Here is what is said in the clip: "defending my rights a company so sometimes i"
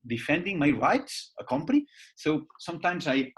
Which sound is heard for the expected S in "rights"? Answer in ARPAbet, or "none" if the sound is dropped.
S